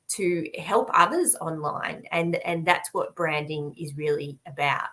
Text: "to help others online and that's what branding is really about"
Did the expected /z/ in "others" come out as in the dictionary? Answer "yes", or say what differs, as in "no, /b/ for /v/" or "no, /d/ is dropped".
yes